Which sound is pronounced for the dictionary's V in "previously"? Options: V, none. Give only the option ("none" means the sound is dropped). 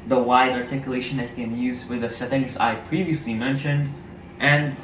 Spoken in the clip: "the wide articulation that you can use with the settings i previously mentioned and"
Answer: V